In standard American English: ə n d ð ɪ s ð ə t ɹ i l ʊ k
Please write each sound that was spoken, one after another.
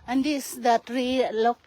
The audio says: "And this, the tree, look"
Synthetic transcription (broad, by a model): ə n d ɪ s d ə t ɹ i l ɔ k